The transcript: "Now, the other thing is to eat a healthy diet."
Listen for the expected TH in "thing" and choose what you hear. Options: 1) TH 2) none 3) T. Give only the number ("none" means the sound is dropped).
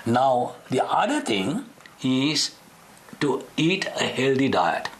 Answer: 3